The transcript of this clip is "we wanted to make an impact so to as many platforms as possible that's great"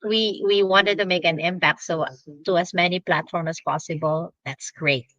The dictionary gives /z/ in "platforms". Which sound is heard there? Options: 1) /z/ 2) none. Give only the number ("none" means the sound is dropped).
2